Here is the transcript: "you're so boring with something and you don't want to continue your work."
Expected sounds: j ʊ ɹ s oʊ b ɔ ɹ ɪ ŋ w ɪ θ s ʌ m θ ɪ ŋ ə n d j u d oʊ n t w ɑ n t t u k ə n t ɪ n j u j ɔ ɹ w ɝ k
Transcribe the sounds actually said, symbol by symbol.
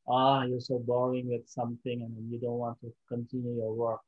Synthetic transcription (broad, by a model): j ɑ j s oʊ b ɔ ɪ ŋ w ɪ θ s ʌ m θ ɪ ŋ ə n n j u d oʊ n t w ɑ n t t u k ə n t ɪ n j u j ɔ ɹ w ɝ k